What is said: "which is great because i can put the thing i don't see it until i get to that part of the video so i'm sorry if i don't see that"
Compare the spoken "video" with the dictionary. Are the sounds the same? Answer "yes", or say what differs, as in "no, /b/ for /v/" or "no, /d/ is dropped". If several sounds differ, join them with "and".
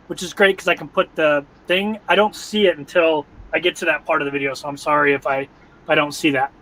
yes